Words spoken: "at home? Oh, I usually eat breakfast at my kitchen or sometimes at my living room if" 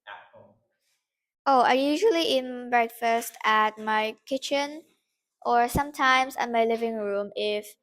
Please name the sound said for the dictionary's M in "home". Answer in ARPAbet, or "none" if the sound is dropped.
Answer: none